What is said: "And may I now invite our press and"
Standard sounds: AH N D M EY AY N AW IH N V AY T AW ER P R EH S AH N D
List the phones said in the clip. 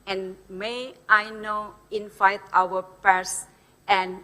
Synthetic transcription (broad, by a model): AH N M EY AY N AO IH N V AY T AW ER P EH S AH N